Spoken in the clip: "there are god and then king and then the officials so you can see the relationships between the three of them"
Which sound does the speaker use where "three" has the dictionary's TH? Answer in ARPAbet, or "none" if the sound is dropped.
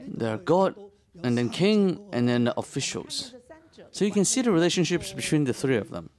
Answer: TH